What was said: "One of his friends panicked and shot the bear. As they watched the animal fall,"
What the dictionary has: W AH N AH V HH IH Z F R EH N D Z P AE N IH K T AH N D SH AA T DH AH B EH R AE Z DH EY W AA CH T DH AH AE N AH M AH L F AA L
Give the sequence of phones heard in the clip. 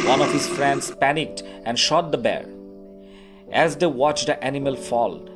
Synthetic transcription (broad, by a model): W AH N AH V HH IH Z F R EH N D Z P AE N IH K T AH N D SH AA T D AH B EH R AE Z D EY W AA CH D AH AE N AH M AH L F AA L